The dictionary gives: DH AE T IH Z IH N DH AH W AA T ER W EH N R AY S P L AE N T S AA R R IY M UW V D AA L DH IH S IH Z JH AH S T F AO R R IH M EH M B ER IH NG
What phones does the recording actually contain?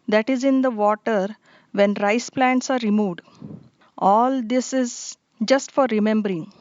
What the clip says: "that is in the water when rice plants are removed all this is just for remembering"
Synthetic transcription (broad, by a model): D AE T IH Z IH N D AH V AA T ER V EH N R AY S P L AE N T S AA R R IY M UW V D AA L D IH S IH Z JH AH S T F AO R R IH M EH M B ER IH NG